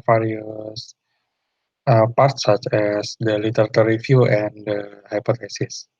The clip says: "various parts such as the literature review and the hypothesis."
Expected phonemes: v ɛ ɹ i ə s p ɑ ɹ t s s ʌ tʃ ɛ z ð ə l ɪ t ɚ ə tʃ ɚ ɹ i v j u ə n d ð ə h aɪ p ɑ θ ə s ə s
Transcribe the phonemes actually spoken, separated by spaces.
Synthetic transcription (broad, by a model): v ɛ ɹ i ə s p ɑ ɹ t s s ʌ tʃ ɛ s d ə l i t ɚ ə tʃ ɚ ɹ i f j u ə n d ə h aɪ p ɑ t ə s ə s